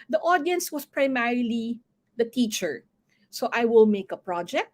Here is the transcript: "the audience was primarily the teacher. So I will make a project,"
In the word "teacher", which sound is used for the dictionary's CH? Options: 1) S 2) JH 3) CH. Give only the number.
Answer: 3